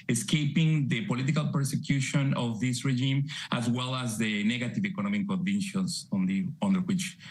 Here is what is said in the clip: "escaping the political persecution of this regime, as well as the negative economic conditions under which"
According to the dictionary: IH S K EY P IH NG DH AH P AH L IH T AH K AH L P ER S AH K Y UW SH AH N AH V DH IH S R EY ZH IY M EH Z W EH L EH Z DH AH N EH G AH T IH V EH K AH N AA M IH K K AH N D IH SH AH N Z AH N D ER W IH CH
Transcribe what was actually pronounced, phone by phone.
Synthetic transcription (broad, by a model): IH S K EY P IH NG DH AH P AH L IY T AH K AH L P ER S AH K Y UW SH AH N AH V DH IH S R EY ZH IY M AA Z W EH L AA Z DH AH N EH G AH T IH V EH K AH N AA M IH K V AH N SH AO S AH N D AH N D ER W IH CH